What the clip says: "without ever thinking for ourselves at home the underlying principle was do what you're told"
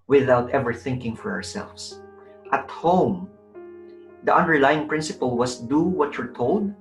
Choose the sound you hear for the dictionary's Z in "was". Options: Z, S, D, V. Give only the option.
S